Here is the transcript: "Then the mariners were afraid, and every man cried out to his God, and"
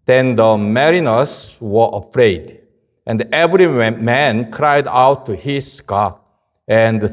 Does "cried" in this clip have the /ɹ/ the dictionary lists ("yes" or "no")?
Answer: yes